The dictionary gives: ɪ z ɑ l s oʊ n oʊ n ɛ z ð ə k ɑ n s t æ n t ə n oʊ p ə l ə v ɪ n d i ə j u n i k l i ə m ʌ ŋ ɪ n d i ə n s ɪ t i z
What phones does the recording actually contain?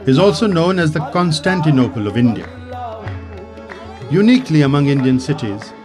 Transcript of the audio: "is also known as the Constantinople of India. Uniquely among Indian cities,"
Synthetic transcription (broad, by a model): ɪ z ɑ l s oʊ n oʊ n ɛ z ð ə k ɑ n s t æ n t ə n oʊ p ə l ə v ɪ n d i ə j u n i k l i ə m ʌ ŋ ɪ n d i ə n s ɪ t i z